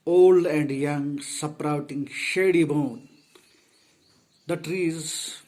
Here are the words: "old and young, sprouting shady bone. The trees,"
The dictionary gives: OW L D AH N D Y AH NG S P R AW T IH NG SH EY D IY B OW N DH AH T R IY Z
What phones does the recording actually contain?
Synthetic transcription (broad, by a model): OW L D AH N D Y AH NG S P R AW T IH NG SH EY D IY B OW N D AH T R IY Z